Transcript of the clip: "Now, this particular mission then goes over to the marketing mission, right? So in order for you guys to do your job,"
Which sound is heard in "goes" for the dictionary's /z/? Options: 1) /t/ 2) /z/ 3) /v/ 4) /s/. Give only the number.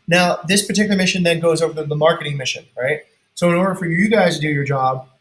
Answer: 2